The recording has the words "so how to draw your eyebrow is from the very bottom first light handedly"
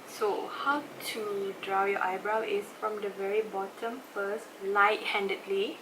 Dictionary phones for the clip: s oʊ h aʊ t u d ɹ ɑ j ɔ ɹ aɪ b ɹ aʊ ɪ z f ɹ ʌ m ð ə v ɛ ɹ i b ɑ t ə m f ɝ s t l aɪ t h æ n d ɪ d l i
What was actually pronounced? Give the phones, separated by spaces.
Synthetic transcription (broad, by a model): s oʊ h aʊ t u d ɹ ɑ j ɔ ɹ aɪ b ɹ aʊ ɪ s f ɹ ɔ m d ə v ɛ ɹ i b ɑ t ə m f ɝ s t l aɪ t h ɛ n d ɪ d l i